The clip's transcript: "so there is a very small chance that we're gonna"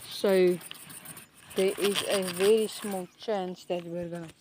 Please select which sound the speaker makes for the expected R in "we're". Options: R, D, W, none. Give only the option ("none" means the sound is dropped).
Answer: R